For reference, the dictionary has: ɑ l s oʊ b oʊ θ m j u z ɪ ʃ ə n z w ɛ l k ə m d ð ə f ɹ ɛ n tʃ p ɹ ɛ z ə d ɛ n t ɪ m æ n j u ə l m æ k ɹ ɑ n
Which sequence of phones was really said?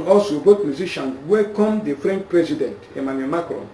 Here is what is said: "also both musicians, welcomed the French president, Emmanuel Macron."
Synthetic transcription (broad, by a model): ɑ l s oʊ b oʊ t m j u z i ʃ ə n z w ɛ k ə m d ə f ɹ ɛ n tʃ p ɹ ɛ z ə d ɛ n t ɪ m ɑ n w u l m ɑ k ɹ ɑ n